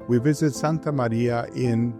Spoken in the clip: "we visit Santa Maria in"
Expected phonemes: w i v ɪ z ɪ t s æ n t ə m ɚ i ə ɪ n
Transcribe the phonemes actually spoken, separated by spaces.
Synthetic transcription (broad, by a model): w i v ɪ z ɪ t s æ n t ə m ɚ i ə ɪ n